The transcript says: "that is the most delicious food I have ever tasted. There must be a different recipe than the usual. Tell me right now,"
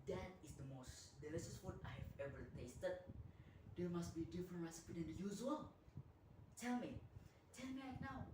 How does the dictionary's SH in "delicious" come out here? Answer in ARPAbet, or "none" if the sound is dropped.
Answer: S